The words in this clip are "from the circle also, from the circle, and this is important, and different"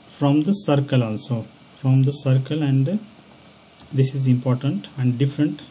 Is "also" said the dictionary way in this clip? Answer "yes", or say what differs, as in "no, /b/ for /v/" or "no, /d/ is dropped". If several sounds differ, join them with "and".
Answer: yes